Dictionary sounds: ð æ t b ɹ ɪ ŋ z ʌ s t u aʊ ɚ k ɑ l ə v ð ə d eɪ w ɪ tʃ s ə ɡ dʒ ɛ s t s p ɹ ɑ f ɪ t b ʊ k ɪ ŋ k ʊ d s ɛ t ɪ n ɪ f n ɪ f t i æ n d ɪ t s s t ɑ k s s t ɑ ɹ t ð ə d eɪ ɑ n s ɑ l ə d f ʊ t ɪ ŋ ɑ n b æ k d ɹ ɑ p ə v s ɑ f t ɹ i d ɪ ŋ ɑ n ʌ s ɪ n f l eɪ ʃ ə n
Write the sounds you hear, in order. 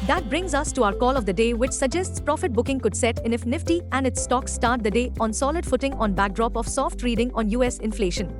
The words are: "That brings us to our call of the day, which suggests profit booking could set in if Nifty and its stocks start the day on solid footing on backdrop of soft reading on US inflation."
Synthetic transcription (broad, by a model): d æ t b ɹ ɪ ŋ z ʌ s t u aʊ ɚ k ɑ l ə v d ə d eɪ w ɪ tʃ s ə ɡ dʒ ɛ s t s p ɹ ɑ f ɪ t b ʊ k ɪ ŋ k ʊ d s ɛ t ɪ n ɪ f n ɪ f t i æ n d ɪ t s s t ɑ k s s t ɑ ɹ t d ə d eɪ ɑ n s ɑ l ə d f ʊ t ɪ ŋ ɑ n b æ k d ɹ ɑ p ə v s ɑ f t ɹ i d ɪ ŋ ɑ n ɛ s ɪ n f l eɪ ʃ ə n